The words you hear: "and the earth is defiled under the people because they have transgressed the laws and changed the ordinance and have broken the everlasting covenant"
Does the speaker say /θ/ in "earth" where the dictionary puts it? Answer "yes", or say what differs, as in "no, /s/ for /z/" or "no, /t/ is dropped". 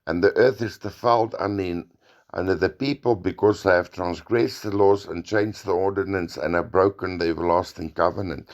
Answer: yes